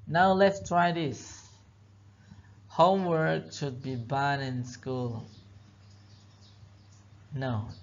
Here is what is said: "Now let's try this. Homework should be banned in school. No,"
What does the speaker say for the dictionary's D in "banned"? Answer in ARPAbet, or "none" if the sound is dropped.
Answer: none